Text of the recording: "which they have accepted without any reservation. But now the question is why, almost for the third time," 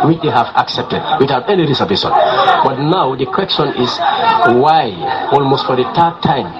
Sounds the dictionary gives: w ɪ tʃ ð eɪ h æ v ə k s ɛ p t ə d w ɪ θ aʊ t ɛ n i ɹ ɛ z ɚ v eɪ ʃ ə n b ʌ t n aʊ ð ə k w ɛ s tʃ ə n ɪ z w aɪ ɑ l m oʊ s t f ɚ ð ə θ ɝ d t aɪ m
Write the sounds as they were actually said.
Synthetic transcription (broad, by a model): w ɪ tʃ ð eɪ h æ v ə k s ɛ p t ə d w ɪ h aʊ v ɛ n i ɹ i s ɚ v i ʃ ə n b ʌ t n aʊ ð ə k w ɛ s tʃ ə n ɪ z w aɪ ɑ l m oʊ s t f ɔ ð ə t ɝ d t aɪ m